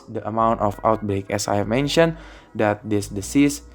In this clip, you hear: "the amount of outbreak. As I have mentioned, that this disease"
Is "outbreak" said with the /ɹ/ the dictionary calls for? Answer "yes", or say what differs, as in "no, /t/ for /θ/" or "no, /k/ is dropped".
yes